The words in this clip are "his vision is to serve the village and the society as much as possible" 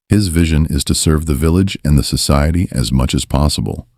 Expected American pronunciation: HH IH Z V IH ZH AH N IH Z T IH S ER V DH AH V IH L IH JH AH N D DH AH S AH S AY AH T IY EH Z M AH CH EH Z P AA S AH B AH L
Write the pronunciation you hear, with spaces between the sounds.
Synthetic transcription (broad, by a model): HH IH Z V IH ZH AH N IH Z T IH S ER V DH AH V IH L IH JH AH N DH AH S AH S AY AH T IY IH Z M AH CH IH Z P AA S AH B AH L